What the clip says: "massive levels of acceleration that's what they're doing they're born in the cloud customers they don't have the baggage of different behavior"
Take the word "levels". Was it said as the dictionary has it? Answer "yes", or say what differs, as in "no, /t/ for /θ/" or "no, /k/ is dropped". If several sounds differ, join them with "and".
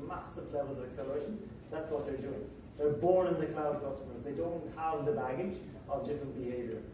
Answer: yes